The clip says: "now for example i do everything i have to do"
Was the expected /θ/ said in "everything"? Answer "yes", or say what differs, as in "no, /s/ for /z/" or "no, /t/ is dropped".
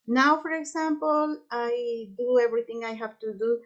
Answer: no, /t/ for /θ/